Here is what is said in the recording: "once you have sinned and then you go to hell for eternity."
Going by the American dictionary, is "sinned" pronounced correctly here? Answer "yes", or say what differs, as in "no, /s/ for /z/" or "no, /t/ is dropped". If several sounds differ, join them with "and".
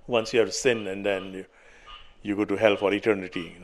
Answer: no, /d/ is dropped